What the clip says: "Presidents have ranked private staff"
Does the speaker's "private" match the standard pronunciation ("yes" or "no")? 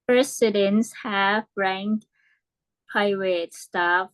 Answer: no